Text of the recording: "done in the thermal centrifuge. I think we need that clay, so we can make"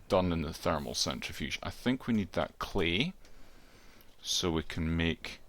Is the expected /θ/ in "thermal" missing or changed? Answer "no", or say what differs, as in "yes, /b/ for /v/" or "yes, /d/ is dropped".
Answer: no